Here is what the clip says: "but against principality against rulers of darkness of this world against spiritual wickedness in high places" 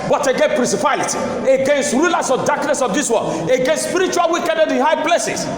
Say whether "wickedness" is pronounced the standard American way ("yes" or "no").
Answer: no